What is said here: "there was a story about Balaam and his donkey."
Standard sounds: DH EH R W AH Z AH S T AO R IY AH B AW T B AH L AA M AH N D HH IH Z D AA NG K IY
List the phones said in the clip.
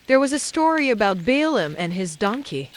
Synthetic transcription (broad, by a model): DH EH R W AH Z AH S T AO R IY AH B AW T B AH L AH M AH N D IH Z D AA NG K IY